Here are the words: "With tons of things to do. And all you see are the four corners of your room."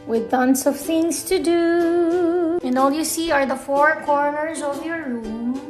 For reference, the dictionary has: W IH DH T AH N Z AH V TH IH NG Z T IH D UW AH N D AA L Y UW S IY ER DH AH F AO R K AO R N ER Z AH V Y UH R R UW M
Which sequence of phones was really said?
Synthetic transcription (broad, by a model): W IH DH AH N S AH V TH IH NG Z T IH D UW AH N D AA L Y UW S IY ER DH AH F AO R K AO R N ER Z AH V Y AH R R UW M